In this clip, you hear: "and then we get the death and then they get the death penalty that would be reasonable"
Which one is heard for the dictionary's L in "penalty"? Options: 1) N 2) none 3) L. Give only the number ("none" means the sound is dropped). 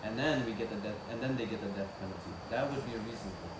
2